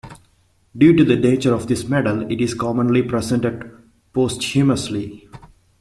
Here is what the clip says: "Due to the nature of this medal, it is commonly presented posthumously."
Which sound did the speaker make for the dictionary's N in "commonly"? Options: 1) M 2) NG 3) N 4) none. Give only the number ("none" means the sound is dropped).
3